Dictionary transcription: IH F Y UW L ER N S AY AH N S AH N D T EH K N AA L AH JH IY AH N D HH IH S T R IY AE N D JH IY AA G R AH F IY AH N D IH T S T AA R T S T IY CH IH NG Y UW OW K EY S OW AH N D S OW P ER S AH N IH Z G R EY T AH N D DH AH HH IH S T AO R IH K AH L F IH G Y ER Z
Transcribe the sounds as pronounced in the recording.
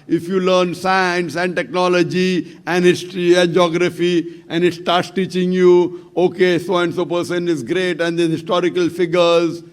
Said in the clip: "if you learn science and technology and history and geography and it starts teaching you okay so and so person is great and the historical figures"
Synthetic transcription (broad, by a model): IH F Y UW L ER N S AY AH N S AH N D T EH K N AA L AH JH IY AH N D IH T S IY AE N JH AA G R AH F IY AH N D IH T S T AA R T S T IY CH IH NG Y UW OW K EY S OW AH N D S OW P ER S AH N IH Z G R EY T AH N D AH HH IH S T AO R IH K AH L F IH G ER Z